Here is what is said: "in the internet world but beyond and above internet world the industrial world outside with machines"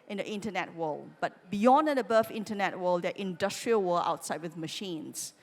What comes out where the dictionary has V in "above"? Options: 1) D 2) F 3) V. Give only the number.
2